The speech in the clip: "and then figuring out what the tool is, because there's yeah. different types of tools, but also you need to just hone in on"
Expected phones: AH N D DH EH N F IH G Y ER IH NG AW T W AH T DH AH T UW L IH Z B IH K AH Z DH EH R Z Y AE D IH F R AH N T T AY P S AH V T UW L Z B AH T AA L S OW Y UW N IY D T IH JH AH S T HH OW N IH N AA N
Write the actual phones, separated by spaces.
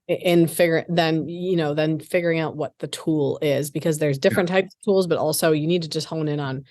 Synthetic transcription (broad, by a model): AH N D DH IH N F IH G Y ER IH NG AW T W AH T DH AH T UW L IH Z B IH K AH Z DH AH R Z D IH F R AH N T T AY P S AH V T UW L Z B AH T AA L S OW Y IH N IY D T IH JH AH S T HH OW N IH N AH N